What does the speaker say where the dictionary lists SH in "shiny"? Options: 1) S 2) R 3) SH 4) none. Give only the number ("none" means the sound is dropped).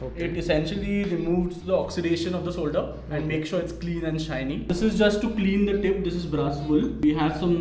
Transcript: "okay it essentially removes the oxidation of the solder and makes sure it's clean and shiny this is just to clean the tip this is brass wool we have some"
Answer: 3